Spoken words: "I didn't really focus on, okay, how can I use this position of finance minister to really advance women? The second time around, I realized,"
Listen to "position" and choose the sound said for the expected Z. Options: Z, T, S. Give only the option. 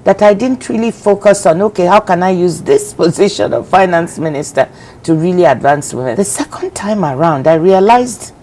Z